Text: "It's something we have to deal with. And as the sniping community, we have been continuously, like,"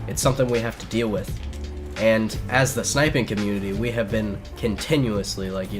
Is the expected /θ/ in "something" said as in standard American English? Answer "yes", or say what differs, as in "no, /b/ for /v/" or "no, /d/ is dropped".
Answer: yes